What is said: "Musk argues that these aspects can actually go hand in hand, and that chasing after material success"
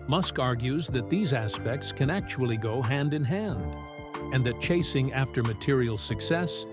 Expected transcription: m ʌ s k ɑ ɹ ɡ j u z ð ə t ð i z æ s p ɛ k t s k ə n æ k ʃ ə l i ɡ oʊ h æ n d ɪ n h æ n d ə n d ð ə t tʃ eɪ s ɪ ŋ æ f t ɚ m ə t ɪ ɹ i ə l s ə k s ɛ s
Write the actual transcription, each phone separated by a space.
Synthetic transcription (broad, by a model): m ʌ s k ɑ ɹ ɡ j u z ð ə t ð i z æ s p ɛ k t s k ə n æ k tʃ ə l i ɡ oʊ h æ n d ɪ n h æ n d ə n ð ə t tʃ eɪ s ɪ ŋ æ f t ɚ m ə t ɪ ɹ i l s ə k s ɛ s